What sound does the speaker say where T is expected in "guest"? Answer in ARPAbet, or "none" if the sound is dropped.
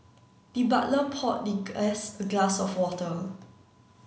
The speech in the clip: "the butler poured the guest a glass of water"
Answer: none